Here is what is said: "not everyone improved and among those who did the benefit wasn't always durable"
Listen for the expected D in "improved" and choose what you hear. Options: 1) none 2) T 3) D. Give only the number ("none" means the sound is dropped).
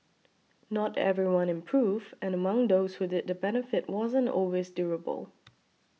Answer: 1